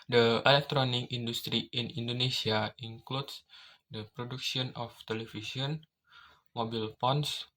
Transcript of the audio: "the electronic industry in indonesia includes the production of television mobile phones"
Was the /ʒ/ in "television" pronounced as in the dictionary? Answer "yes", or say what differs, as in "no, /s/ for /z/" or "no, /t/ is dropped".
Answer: no, /s/ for /ʒ/